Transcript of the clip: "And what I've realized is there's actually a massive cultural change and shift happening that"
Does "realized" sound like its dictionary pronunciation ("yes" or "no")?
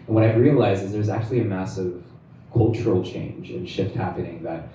no